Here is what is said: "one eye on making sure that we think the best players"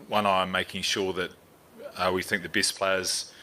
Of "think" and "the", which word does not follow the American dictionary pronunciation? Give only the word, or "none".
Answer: none